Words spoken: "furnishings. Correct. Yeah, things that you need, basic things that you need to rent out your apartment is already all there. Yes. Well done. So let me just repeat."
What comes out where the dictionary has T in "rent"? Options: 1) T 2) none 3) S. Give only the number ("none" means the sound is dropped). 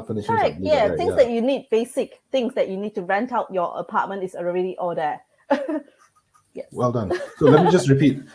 1